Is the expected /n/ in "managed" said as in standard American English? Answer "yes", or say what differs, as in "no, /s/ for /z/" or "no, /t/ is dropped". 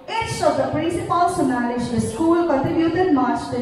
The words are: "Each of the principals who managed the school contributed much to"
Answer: no, /l/ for /n/